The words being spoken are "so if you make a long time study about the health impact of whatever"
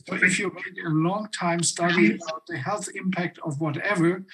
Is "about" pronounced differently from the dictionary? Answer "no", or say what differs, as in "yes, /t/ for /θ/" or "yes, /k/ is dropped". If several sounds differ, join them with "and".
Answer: yes, /b/ is dropped